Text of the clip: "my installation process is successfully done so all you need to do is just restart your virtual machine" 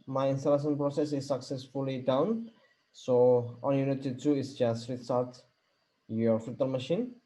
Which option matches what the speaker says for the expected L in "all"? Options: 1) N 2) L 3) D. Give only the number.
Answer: 1